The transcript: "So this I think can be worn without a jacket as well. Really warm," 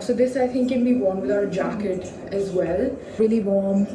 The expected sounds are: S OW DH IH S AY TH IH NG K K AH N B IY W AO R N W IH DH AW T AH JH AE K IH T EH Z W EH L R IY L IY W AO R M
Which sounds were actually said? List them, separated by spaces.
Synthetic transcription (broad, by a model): S OW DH IH S AY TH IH NG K K AH N B IY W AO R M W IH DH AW AH JH AE K IH T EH Z W EH L R IY L IY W AO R M